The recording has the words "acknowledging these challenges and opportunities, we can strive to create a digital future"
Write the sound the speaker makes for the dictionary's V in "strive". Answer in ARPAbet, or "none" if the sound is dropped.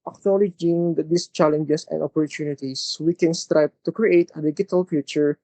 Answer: B